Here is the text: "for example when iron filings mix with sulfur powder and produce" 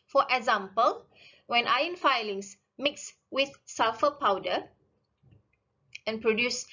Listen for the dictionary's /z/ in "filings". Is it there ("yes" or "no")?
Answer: no